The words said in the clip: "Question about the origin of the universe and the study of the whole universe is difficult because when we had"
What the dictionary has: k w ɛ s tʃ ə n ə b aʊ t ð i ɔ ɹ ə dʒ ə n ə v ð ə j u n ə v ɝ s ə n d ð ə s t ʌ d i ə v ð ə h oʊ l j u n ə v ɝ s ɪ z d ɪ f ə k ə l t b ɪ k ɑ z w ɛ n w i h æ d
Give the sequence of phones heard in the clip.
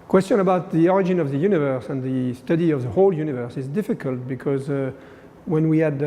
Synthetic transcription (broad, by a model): k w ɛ s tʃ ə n ə b aʊ t ð i ɔ ɹ ə dʒ ə n ə v ð ə j u n ə v ɝ s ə n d ð ə s t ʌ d i ə v ð ə h oʊ l j u n ə v ɝ s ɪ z d ɪ f ə k ə l t b ɪ k ɑ z w ɛ n w i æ d